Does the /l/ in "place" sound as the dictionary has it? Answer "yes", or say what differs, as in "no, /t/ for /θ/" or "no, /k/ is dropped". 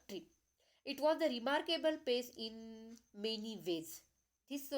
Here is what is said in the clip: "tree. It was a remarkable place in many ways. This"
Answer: no, /l/ is dropped